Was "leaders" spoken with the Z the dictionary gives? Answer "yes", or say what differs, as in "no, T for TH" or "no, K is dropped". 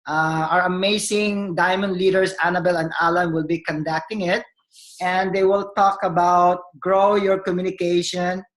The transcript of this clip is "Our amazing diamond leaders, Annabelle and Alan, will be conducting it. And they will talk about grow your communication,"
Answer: no, S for Z